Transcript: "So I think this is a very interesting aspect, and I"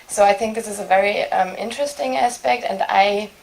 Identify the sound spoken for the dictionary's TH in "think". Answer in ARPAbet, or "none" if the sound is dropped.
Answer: TH